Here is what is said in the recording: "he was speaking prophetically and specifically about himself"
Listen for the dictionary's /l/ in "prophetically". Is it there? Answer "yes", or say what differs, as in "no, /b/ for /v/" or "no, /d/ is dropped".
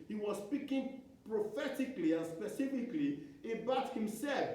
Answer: yes